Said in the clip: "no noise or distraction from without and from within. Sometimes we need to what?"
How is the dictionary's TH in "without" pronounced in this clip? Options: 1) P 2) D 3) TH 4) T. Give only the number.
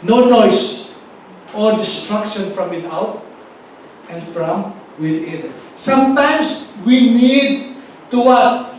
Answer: 4